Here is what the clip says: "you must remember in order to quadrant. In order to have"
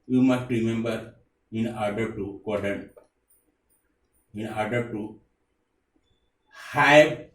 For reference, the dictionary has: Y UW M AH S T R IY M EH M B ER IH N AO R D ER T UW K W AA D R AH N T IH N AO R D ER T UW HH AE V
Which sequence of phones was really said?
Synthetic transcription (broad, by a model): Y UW M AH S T R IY M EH M B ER IH N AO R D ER T UW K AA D AH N IH N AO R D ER T UW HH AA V